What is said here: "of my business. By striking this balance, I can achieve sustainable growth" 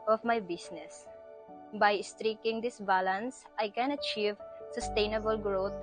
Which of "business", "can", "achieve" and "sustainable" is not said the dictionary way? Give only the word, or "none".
business